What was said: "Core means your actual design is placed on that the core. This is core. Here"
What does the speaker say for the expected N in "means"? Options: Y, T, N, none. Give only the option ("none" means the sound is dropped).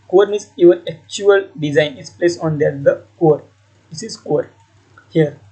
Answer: none